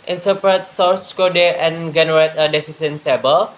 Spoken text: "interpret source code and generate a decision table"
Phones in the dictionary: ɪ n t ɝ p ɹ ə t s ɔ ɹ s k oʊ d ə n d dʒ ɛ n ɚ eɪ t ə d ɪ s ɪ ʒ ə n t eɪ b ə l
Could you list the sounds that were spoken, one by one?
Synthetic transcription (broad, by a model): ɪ n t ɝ p ɹ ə t s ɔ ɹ s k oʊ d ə n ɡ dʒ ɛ n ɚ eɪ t ə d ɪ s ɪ s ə n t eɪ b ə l